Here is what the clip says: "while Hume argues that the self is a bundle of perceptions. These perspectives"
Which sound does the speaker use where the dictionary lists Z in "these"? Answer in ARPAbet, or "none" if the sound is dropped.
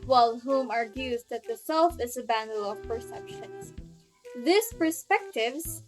S